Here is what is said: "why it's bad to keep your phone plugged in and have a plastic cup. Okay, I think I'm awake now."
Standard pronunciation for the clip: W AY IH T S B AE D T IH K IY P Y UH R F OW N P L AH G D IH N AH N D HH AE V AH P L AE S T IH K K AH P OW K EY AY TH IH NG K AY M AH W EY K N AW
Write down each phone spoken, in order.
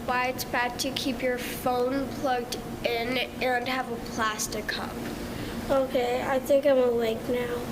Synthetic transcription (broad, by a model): W AY IH T S B AE D T IH K IY P Y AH R F OW N P L AH G D IH N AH N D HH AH V AH P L AE S T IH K K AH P OW K EY AY TH IH NG K AY M AH W EY K N AW